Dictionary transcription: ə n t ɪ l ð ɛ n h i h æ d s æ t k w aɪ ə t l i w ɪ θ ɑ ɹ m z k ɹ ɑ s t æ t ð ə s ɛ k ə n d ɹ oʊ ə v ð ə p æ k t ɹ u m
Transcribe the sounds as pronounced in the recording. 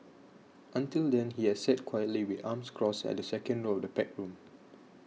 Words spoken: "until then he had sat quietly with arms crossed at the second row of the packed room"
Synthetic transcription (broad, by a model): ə n t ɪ l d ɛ n h i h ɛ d s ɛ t k w aɪ ə t l i w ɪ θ ɑ m s k ɹ ɑ s ɛ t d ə s ɛ k ə n d ɹ oʊ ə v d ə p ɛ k ɹ u m